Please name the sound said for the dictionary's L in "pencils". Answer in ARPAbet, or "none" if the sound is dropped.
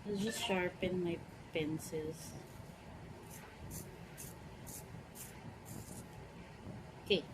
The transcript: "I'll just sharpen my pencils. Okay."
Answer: none